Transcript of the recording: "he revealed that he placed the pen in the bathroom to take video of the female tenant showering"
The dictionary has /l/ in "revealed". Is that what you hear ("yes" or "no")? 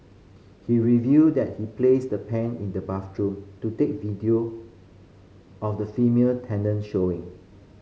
no